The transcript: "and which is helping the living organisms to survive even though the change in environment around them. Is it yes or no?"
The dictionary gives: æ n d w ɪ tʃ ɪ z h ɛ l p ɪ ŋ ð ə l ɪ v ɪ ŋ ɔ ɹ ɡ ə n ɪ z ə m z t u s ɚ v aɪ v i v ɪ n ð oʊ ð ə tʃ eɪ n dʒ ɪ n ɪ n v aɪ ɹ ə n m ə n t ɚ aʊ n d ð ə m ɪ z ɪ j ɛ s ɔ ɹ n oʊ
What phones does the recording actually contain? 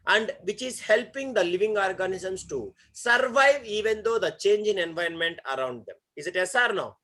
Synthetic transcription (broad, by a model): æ n d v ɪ tʃ ɪ z h ɛ l p ɪ ŋ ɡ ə l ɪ v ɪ ŋ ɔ ɹ ɡ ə n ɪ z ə m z t u s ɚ v aɪ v i v ɪ n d oʊ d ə tʃ eɪ n dʒ ɪ n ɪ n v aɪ ə n m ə n t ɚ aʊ n d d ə m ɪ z ɪ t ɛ s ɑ ɹ n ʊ